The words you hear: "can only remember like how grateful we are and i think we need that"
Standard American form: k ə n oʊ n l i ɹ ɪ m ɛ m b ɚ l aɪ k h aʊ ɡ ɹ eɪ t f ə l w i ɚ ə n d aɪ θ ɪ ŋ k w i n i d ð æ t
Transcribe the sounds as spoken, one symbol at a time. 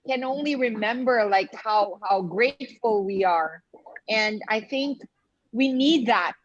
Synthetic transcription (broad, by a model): k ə n oʊ n l i ɹ ɪ m ɛ m b ɚ l aɪ k h aʊ ɡ ɹ eɪ t f l w i ɚ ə n aɪ θ ɪ ŋ k w i n i d ð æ t